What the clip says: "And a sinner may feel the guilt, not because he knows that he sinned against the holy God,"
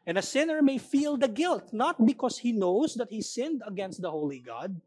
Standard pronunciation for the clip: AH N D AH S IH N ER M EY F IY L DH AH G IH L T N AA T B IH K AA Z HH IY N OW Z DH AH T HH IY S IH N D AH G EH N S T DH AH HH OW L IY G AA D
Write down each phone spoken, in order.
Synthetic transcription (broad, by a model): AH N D AH S IH N ER M EY F IY L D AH G IH L T N AA T B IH K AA S HH IY N OW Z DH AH T HH IY S IH N D AH G EH N S T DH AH HH OW L IY G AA D